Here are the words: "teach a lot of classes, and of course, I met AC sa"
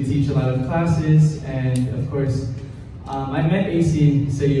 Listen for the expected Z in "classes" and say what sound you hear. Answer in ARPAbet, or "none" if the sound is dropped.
Z